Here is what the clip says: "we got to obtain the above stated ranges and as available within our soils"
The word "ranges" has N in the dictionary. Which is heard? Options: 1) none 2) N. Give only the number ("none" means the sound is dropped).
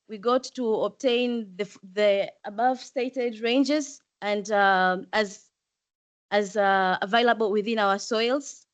2